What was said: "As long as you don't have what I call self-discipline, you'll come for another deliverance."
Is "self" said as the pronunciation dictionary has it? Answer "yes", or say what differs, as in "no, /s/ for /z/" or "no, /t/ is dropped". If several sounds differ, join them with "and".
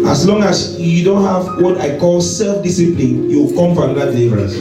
yes